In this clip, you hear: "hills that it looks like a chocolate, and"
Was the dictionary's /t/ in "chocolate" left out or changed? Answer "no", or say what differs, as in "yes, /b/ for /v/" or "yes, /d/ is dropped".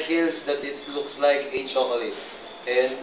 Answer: yes, /t/ is dropped